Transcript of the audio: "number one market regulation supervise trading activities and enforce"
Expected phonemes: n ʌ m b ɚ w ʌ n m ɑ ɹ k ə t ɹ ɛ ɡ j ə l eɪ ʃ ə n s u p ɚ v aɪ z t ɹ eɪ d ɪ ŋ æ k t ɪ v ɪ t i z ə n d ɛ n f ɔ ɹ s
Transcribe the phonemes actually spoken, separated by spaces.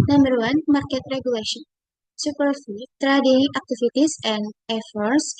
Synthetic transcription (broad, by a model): n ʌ m b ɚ w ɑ n m ɑ ɹ k ə t ɹ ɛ ɡ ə l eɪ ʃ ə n s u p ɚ f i t ɹ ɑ d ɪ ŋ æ k t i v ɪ t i s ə n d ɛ f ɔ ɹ s